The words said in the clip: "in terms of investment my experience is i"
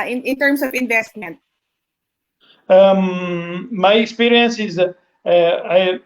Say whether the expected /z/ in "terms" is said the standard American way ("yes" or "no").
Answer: no